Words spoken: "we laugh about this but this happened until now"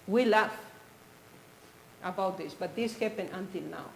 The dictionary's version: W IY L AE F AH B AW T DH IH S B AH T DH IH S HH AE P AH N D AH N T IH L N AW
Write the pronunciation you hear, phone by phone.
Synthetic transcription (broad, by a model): W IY L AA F AH B AW T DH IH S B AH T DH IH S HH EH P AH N AH N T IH L N AW